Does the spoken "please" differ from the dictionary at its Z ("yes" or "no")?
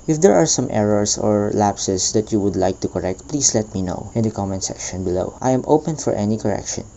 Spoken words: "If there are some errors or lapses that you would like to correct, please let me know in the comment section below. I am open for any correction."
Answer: yes